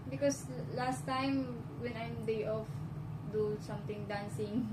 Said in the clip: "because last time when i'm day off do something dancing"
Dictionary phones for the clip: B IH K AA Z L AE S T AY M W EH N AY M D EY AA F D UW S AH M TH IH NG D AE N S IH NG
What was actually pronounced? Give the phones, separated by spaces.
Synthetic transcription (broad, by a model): B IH K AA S L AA S T AY M W EH N AY M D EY AA F D UW S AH M T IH NG D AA N S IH NG